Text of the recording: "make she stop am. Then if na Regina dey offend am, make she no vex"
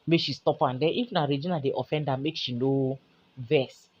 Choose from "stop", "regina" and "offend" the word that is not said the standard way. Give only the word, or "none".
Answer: none